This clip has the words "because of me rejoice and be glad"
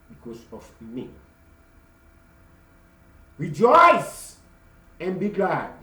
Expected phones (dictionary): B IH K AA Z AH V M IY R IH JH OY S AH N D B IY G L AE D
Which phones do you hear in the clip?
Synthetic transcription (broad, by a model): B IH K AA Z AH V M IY R IH JH OY S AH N B IY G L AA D